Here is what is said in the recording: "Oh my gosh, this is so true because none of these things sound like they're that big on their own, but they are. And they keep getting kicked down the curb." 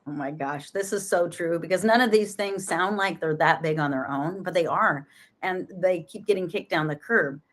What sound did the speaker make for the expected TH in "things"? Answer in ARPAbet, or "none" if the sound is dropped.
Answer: TH